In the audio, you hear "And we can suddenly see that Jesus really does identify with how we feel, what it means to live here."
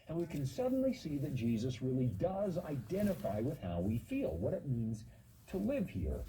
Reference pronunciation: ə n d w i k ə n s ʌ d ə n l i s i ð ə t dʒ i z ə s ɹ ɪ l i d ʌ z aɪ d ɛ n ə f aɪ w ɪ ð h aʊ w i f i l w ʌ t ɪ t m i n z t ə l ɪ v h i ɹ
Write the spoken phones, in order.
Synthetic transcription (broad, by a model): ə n w i k ə n s ʌ d n l i s i ð ə t dʒ i z ə s ɹ ɪ l i d ʌ z aɪ d ɛ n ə f aɪ w ɪ ð h aʊ w i f i l w ʌ t ɪ t m i n z t ə l ɪ v h i ɹ